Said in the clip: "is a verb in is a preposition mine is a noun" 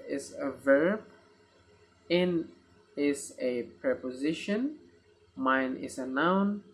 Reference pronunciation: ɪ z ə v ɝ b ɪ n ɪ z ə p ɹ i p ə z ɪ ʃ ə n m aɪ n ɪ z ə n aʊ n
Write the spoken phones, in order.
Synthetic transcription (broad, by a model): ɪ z ə v ɝ b ɪ n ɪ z ə p ɹ i p ə z ɪ ʃ ə n m aɪ n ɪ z ə n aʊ n